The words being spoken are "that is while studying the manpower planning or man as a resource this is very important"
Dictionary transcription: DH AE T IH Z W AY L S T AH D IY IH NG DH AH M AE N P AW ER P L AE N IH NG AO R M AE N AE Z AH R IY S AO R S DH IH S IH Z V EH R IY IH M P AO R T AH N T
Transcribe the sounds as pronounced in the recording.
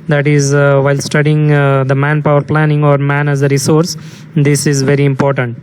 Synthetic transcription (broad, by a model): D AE T IH Z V AY L S T AH D IY IH NG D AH M AE N P AW ER P L AE N IH NG AO R M AE N AE Z AH R IY S AO R S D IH S IH Z V EH R IY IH M P AO R T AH N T